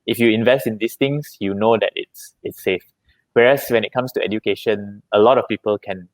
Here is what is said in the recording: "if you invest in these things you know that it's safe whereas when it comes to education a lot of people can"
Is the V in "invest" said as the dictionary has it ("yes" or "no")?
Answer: yes